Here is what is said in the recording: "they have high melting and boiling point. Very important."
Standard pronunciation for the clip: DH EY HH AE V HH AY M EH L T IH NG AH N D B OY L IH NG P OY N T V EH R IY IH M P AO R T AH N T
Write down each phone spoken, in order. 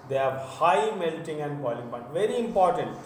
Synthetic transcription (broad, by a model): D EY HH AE V HH AY M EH L T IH NG AH N D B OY L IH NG B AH T V EH R IY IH M P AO R T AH N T